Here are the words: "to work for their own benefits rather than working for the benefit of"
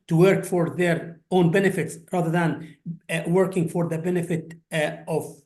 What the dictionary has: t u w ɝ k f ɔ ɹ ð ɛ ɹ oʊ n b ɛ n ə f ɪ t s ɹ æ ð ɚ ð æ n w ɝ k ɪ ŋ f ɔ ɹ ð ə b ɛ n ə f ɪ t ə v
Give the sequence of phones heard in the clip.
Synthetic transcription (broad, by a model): t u w ɝ k f ɔ ɹ ð ɛ ɹ oʊ n b ɛ n ə f ɪ t s ɹ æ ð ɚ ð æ n w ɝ k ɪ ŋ f ɔ ɹ ð ə b ɛ n ə f ɪ t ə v